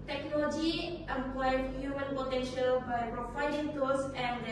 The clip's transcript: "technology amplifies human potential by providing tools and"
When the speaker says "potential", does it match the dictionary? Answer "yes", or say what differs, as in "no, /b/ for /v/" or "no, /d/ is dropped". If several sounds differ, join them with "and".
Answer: yes